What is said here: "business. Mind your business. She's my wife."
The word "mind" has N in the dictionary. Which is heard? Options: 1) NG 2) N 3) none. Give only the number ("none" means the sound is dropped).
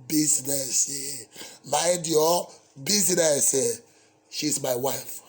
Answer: 3